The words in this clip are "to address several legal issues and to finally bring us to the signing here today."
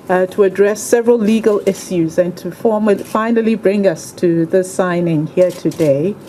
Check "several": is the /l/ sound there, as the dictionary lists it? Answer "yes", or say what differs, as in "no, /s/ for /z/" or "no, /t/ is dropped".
yes